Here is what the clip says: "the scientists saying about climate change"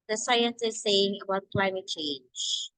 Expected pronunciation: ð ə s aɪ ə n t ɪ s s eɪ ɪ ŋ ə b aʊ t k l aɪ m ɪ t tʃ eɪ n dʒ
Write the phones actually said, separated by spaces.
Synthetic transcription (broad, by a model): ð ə s aɪ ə n s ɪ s s eɪ ɪ ŋ ə b aʊ t k l aɪ m ɪ t tʃ eɪ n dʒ